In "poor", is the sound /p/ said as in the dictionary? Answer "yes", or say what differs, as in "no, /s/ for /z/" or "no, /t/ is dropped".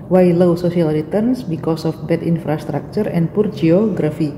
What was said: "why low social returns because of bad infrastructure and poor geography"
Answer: yes